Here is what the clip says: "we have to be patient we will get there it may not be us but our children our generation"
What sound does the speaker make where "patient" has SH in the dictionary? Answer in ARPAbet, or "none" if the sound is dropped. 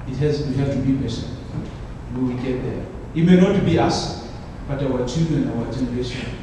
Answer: S